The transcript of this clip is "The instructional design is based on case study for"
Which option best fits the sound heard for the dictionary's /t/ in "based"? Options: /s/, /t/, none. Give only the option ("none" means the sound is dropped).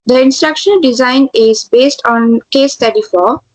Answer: /t/